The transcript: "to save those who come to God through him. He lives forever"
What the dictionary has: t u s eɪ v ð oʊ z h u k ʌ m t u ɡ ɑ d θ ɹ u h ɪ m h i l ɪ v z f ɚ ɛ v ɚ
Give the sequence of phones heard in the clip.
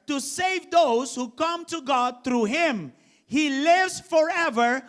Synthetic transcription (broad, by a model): t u s eɪ v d oʊ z h u k ʌ m t u ɡ ɑ d t ɹ u h ɪ m h i l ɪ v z f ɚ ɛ v ɚ